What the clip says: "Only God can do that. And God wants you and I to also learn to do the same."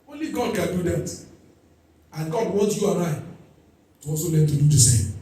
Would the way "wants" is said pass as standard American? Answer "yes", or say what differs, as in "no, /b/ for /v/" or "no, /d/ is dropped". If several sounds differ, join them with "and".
no, /s/ is dropped